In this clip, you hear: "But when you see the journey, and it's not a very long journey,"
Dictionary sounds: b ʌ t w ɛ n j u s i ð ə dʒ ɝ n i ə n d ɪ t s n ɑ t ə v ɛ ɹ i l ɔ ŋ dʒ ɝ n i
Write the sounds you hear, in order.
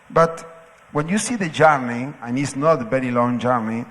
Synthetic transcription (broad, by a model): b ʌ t w ɛ n j u s i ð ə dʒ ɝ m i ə n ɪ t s n ɑ t ə b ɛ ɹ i l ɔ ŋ dʒ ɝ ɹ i